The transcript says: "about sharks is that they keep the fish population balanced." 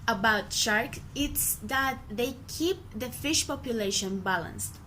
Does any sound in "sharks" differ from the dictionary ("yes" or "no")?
yes